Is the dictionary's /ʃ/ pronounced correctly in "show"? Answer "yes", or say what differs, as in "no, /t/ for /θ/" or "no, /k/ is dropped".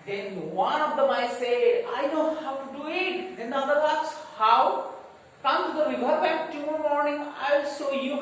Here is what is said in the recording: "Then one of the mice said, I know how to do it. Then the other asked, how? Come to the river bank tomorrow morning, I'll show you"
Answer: no, /s/ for /ʃ/